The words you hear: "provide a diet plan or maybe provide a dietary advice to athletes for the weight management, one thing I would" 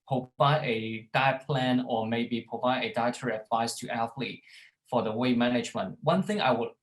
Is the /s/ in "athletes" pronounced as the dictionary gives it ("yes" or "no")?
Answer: no